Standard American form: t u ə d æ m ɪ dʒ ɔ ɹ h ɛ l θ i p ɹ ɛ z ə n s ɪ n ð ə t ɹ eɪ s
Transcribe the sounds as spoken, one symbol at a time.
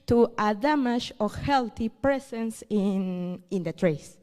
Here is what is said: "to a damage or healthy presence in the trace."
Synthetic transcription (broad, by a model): t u ə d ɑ m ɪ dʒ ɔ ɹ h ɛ l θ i p ɹ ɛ s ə n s ɪ n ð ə t ɹ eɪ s